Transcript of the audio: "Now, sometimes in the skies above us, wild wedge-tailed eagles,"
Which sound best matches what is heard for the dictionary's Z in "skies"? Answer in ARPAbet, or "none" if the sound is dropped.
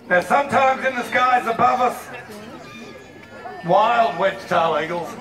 Z